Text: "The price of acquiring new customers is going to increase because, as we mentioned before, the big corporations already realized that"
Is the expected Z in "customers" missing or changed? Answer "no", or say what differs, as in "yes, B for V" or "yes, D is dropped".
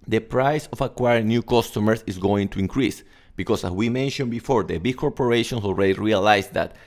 yes, S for Z